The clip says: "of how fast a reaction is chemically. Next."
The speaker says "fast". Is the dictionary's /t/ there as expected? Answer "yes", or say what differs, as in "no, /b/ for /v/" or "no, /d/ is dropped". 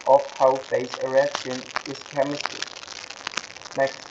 no, /t/ is dropped